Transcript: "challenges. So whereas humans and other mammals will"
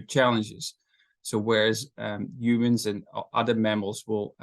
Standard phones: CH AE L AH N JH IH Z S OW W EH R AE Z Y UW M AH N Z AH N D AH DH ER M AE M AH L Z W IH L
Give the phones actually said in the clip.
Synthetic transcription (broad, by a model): CH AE L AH N JH IH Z S OW W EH R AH Z Y UW M AH N Z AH N AH DH ER M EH M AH L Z W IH L